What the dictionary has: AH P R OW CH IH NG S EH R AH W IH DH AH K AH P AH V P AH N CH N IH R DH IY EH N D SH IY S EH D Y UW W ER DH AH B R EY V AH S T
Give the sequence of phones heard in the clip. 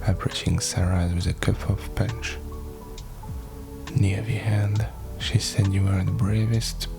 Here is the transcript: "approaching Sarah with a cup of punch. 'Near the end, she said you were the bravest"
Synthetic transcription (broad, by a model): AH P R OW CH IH NG S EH R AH W IH DH AH K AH F AH V P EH N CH N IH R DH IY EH N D SH IY S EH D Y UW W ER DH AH B R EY V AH S T